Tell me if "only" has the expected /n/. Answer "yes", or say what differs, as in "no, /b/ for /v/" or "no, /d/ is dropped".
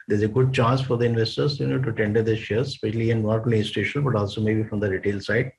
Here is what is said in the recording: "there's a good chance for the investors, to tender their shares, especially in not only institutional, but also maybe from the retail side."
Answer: no, /n/ is dropped